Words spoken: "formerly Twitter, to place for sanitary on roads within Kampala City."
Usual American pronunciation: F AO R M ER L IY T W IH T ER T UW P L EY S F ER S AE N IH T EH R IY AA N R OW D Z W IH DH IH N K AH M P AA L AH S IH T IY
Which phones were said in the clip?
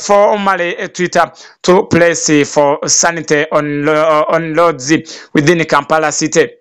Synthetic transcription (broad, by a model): F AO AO M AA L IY T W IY T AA T UW P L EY S F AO S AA N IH T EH IY AA N L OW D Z W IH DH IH N K AH M P AA L AH S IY T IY